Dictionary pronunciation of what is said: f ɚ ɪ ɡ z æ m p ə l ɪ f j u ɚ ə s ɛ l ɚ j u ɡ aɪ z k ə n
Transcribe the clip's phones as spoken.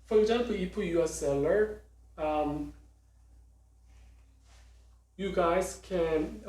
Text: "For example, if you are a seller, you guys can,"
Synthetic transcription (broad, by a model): f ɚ ɪ ɡ z æ m p ə l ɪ p j u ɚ ə s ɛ l ɚ j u ɡ aɪ z k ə n